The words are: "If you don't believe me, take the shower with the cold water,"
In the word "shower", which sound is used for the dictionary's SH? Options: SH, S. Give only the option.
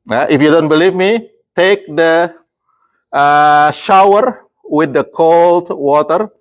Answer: SH